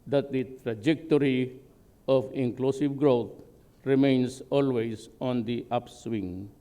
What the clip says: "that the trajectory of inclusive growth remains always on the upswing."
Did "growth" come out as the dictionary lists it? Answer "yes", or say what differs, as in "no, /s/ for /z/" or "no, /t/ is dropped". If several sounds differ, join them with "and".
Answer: no, /t/ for /θ/